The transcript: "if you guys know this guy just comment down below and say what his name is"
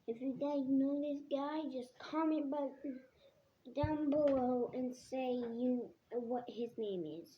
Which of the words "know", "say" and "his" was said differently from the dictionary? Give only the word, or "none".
none